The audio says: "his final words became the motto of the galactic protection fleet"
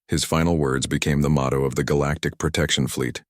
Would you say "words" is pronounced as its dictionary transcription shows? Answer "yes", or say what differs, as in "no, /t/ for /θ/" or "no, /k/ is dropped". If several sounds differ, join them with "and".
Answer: yes